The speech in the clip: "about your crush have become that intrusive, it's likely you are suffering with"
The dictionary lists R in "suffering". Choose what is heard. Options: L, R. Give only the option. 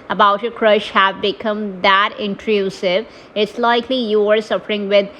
R